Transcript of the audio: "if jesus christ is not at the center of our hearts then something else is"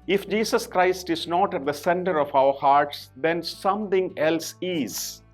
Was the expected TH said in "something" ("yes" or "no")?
no